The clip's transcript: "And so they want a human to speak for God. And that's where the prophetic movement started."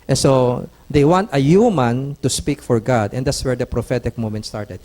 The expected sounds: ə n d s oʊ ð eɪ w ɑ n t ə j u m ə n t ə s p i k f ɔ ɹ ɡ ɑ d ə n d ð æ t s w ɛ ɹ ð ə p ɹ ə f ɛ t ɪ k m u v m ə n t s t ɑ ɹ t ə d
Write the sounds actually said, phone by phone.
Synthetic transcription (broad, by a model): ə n s oʊ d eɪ w ɑ n t ə j u m ə n t ə s p i k f ɔ ɹ ɡ ɑ d ə n d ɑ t s w ɛ ɹ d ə p ɹ ə f ɛ t ɪ k m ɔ m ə n t s t ɑ ɹ t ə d